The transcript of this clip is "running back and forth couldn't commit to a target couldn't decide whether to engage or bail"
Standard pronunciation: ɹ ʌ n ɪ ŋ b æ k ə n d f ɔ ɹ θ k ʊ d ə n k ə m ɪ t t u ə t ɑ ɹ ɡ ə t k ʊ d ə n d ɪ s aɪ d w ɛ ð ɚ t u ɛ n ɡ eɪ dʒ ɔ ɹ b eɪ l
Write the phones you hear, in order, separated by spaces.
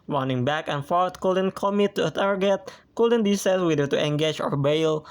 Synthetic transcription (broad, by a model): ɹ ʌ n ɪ ŋ b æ k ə n f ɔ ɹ t k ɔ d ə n k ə m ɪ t t u ə t ɑ ɹ ɡ ə t k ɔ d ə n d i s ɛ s w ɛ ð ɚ t u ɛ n ɡ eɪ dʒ ɔ ɹ b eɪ l